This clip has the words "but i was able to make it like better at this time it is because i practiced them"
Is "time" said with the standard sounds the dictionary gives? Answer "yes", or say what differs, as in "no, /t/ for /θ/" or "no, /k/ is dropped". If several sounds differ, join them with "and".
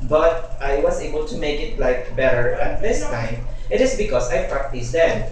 no, /m/ is dropped